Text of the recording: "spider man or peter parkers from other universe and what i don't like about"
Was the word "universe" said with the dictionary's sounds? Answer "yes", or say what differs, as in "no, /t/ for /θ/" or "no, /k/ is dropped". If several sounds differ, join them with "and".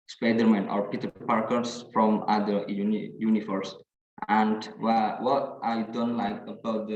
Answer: no, /f/ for /v/